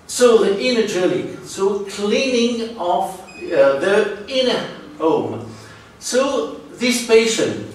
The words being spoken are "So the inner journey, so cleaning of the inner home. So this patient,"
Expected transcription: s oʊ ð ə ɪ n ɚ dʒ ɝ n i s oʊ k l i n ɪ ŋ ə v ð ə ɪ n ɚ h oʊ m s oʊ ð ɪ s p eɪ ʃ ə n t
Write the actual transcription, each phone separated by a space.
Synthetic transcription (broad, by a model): s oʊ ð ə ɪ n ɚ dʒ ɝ l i s oʊ k l i n ɪ ŋ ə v ð ə ɪ n ɚ h oʊ m s oʊ ð ɪ s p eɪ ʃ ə n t